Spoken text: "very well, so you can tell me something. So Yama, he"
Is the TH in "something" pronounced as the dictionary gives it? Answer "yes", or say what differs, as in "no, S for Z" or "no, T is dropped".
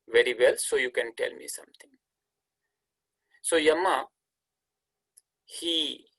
no, T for TH